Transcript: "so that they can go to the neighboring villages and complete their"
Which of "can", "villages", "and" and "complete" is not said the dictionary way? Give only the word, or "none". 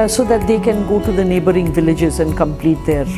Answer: none